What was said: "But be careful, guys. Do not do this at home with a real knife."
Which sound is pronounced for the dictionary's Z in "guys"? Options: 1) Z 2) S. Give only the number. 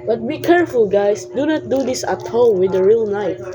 2